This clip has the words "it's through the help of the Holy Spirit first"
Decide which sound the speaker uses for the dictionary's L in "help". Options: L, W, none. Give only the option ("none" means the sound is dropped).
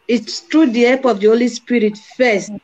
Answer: none